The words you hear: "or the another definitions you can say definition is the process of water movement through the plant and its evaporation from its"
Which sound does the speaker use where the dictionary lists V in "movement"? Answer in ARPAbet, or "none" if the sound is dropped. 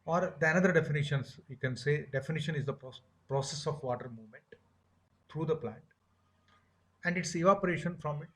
V